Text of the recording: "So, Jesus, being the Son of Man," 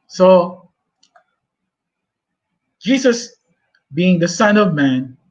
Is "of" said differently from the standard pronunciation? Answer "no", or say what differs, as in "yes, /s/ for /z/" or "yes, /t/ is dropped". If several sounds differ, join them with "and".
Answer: no